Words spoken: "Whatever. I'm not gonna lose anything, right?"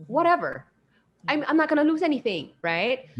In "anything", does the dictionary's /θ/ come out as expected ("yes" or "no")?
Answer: yes